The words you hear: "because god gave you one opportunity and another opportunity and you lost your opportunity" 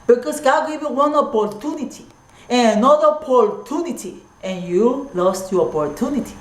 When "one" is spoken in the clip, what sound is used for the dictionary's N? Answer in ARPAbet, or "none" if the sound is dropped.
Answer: N